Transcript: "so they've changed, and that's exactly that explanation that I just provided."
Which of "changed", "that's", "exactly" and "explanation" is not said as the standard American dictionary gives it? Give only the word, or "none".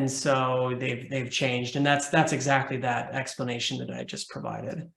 none